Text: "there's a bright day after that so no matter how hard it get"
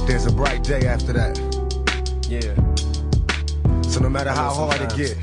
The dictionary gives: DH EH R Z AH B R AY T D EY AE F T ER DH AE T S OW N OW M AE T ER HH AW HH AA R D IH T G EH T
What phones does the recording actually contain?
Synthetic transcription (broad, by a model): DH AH R Z AH B R AY T D EY AE F T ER DH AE T S OW N OW M AE T ER HH AW HH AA L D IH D G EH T